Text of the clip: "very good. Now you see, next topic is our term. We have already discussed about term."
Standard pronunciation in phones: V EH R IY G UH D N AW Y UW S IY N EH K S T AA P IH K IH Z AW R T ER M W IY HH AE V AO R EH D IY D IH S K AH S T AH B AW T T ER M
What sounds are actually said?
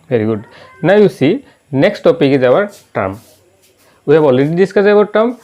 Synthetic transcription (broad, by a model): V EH R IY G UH D N AW Y UW S IY N EH K S T AA P IH K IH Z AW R T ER M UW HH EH B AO L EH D IY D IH S K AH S AH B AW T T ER M